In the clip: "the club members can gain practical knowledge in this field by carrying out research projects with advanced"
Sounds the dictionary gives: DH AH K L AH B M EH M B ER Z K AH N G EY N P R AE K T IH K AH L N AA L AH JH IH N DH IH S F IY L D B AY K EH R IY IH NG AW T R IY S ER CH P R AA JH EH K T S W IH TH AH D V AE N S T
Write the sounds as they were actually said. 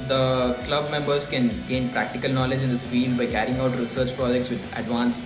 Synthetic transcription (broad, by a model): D AH K L AH B M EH M B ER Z K AH N G EY N P R AE K T IH K AH L N AA L AH JH IH N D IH S F IY L D B AY K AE R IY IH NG AW T R IY S ER CH P R AA JH EH K T S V IH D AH D V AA N S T